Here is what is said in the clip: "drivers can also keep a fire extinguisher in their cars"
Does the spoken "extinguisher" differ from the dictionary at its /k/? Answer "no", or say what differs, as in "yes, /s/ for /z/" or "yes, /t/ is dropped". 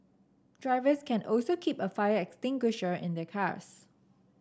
no